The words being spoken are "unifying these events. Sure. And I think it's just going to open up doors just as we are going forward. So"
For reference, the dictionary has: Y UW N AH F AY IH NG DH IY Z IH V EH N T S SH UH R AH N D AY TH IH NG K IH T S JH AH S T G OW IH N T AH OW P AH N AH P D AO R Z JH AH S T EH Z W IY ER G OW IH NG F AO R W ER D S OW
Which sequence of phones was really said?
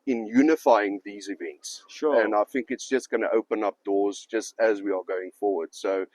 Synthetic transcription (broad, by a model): Y UW N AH F AY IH NG DH IY Z IH V EH N T S SH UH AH N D AY TH IH NG K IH T S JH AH S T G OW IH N T AH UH P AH N AH P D AO Z JH AH S T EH Z W IY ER G OW IH NG F AO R W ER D S OW